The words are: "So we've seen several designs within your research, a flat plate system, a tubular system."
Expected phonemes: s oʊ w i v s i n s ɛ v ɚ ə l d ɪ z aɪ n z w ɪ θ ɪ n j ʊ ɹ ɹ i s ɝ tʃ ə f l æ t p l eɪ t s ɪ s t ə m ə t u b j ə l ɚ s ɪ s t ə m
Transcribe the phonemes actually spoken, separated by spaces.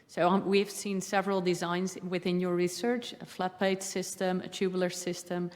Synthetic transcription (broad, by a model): s oʊ w i v s i n s ɛ v ɚ ə l d ɪ z aɪ n z w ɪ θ ɪ n j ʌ ɹ ɹ i s ɝ tʃ ə f l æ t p eɪ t s ɪ s t ə m ə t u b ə l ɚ s ɪ s t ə m